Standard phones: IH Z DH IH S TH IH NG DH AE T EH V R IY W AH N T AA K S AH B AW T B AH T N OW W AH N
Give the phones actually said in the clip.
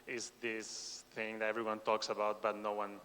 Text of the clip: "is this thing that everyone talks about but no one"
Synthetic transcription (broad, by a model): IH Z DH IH S TH IH NG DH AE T EH V R IY W AH N T AA K S AH B AW T B AH T N OW W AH N